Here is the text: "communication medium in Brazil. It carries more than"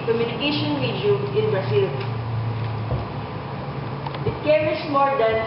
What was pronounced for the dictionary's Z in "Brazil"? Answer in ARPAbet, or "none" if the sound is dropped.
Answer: S